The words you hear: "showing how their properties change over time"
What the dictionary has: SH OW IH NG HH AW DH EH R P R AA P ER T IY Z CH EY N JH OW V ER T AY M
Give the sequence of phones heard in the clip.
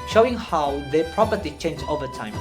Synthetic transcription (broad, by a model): SH OW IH NG HH AW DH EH P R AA P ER T IY CH EY N JH OW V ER T AY M